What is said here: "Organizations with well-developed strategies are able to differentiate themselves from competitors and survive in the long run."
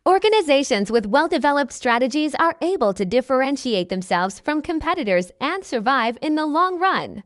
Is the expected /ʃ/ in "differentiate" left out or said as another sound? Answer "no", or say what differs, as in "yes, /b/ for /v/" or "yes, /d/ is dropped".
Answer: no